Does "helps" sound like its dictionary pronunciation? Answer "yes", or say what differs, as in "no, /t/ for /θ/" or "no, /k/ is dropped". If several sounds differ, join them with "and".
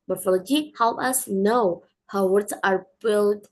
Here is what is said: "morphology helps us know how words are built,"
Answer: no, /s/ is dropped